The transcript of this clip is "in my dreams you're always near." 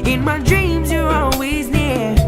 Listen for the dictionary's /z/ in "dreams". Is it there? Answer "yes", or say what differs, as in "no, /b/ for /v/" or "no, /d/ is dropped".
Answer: yes